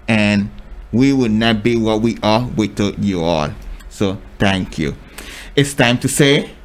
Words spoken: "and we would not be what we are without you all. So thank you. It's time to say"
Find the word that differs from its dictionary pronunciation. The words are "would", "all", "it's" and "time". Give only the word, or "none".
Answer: none